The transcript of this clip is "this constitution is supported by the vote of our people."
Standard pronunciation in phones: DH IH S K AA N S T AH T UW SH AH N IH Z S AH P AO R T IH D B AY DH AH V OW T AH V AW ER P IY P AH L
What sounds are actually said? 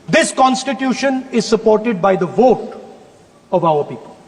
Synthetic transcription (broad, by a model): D IH S K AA N S T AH T UW SH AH N IH Z S AH P AO R T IH D B AY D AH V OW T AH V AW ER P IY P AH L